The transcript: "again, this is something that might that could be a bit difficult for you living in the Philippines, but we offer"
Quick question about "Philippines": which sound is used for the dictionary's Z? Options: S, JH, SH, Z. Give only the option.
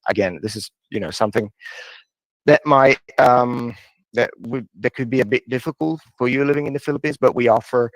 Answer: Z